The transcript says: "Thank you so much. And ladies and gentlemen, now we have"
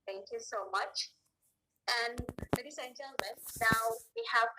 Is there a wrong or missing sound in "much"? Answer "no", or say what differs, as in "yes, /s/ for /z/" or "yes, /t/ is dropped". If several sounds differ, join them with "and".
no